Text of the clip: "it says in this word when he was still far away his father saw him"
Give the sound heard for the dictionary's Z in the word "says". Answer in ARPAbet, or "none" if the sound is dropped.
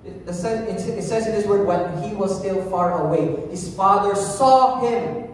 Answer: Z